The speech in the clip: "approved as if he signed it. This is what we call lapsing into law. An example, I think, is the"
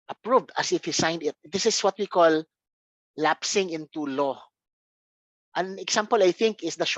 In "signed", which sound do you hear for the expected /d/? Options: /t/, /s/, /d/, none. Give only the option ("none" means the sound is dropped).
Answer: /d/